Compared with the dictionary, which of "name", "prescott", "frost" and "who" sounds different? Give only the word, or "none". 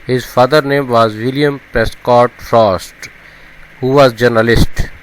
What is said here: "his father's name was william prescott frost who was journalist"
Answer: none